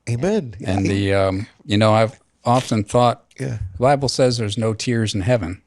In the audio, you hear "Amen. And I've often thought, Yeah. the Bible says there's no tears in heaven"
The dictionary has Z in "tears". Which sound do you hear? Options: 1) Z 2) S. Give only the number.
1